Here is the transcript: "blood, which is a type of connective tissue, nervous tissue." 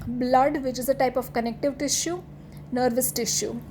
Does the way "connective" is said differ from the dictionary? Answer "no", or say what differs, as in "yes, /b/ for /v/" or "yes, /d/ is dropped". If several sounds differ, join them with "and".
no